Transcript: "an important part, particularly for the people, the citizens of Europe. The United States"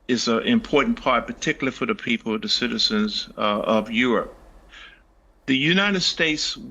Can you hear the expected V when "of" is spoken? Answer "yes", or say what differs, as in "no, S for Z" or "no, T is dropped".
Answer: yes